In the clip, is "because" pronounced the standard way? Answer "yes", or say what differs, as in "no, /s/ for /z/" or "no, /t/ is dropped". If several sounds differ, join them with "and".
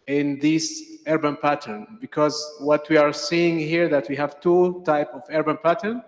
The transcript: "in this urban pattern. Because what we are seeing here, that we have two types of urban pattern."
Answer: yes